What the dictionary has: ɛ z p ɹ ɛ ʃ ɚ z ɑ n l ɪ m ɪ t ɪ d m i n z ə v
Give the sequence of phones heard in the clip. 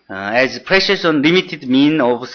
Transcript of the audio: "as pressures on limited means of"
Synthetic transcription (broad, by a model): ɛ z p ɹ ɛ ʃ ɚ s ɑ n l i m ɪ t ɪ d m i n ə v